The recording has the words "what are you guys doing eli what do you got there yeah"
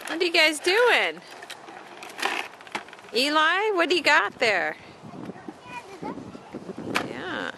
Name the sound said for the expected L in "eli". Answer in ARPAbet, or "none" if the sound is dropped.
L